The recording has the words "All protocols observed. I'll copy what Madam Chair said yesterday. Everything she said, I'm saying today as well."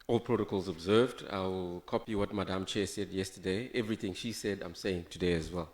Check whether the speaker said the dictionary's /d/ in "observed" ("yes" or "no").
yes